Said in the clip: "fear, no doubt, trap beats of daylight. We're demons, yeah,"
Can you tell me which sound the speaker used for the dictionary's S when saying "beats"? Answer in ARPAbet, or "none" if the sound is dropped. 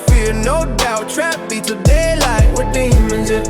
none